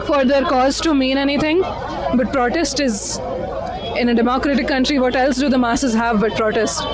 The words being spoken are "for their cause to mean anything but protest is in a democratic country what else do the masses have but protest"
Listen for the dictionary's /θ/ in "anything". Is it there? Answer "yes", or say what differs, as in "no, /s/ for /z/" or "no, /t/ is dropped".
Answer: no, /t/ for /θ/